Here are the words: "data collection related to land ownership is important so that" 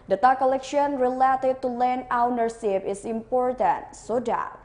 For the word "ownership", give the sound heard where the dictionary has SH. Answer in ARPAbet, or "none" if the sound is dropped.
S